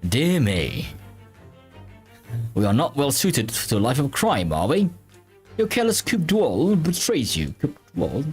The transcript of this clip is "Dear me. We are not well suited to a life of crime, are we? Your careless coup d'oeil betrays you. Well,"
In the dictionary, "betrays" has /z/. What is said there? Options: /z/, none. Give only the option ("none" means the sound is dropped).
/z/